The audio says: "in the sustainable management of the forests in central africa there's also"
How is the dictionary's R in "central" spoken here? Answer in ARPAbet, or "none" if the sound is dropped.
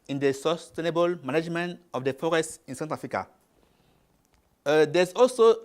none